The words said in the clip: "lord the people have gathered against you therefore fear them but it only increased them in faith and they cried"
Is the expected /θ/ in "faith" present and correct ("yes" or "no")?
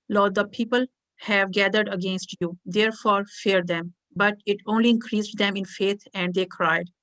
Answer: no